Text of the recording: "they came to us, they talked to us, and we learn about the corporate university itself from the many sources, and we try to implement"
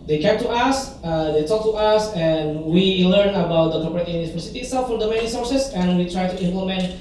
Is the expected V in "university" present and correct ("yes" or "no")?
no